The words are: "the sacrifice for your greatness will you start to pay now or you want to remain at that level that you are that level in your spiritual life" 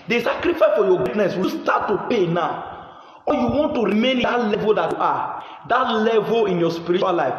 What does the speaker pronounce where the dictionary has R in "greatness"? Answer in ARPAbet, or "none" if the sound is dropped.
none